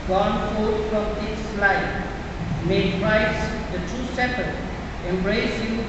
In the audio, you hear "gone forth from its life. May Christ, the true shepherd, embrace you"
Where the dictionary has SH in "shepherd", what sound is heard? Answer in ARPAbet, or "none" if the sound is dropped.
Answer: S